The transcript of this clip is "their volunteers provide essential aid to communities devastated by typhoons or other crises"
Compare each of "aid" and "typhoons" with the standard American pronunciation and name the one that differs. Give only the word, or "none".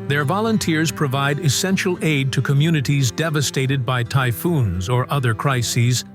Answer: none